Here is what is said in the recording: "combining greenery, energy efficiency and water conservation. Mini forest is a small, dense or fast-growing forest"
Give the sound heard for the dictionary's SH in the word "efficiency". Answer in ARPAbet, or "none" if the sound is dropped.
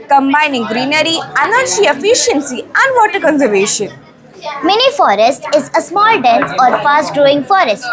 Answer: SH